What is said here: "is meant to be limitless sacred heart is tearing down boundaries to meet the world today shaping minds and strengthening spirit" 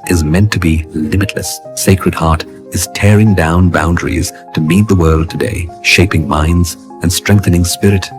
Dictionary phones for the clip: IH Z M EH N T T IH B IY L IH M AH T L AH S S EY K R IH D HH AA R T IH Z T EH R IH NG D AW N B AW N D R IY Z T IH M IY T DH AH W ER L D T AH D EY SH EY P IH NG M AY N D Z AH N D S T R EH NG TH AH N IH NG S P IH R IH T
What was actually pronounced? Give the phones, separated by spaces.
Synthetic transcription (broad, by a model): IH Z M EH N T T IH B IY L IH M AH T L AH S S EY K R IH D HH AA R T IH Z T EH R IH NG D AW N B AW N D R IY Z T IH M IY T DH AH W ER L D T AH D EY SH EY P IH NG M AY N D Z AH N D S T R EH NG TH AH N IH NG S P IH R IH T